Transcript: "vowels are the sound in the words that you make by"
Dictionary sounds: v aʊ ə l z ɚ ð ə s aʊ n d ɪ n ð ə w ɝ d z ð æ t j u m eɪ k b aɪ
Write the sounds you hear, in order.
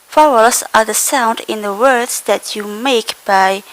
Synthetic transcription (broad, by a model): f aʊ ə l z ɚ ð ə s aʊ n d ɪ n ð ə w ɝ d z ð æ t j u m eɪ k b aɪ